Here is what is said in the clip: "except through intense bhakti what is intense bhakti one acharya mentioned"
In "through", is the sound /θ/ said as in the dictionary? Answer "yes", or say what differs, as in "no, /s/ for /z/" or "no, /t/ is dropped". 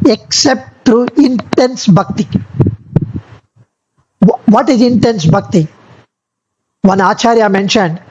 no, /t/ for /θ/